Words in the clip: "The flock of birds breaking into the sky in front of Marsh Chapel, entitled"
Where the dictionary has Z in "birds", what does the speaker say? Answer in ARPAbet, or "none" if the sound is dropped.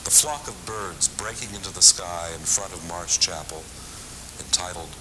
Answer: Z